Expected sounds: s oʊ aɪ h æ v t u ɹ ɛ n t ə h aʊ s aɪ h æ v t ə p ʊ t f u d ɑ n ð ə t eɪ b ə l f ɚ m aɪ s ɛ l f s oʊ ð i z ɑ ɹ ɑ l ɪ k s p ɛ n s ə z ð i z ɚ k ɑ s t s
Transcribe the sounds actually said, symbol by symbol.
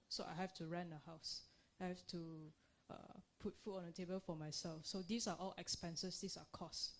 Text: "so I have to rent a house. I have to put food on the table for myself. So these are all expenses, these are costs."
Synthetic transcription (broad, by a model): s oʊ aɪ h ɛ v t u ɹ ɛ n ə h aʊ s aɪ h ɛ f t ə p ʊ t f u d ɑ n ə t eɪ b ə l f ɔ m aɪ s ɛ l f s oʊ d i s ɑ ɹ ɑ l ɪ k s p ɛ n s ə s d i s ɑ k ɑ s s